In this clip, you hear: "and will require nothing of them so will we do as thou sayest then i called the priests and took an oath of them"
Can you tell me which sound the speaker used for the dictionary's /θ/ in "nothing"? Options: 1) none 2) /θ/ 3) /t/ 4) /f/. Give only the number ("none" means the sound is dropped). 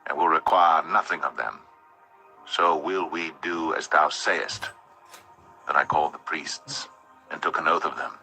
2